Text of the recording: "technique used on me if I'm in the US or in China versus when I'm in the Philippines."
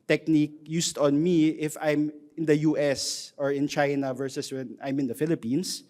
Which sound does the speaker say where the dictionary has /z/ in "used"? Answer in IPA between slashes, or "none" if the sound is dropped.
/s/